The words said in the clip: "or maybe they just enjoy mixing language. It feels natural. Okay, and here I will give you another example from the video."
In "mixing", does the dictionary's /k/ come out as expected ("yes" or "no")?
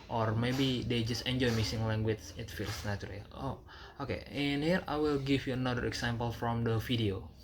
no